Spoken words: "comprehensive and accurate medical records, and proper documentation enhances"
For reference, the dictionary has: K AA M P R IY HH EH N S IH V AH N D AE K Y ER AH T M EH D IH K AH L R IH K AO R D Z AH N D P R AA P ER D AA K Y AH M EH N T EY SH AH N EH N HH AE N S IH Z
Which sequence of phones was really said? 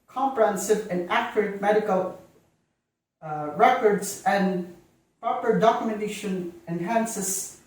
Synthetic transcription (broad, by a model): K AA M P R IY HH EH N S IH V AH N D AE K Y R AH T M EH D IH K AH L R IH K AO R D S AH N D P R AA P ER D AA K Y AH M EH N T EY SH AH N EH N HH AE N S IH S